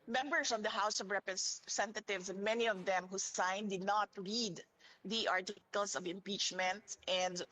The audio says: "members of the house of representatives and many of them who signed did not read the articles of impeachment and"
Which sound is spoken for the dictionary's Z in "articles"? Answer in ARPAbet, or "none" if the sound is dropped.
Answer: S